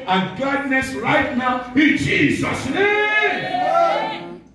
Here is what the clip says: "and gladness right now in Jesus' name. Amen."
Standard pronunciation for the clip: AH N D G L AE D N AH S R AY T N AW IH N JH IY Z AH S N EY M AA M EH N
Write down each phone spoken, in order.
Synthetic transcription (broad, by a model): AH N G AA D N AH S R AY T N AW IH N JH IY Z AH S N EY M M